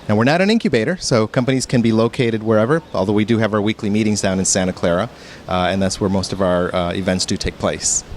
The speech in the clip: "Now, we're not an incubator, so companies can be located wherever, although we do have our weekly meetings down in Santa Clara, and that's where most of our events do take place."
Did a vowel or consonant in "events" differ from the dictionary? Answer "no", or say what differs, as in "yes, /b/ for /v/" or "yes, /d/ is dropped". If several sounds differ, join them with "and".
no